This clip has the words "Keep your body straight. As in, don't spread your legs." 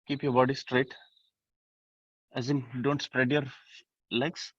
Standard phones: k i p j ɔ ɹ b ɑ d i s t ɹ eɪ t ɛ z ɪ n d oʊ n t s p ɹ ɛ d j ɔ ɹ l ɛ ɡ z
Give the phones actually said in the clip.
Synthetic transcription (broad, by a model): k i p j ɔ ɹ b ɑ d i s t ɹ eɪ t ɛ z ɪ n d oʊ n t s p ɹ ɛ d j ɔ ɹ l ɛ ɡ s